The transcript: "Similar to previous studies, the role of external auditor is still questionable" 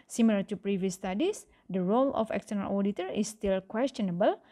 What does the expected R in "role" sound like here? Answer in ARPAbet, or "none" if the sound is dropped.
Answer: R